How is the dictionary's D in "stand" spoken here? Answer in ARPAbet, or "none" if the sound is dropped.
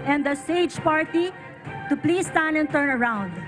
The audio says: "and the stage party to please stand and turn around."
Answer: none